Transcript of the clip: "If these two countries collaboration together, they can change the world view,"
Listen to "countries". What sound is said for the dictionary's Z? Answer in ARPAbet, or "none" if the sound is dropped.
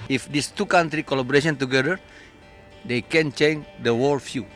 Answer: none